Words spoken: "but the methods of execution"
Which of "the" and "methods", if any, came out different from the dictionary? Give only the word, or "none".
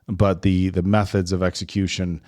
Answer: none